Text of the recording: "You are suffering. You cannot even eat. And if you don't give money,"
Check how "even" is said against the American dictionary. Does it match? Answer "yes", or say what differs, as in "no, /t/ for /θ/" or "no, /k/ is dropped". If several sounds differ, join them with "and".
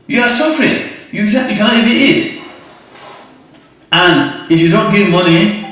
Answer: no, /n/ is dropped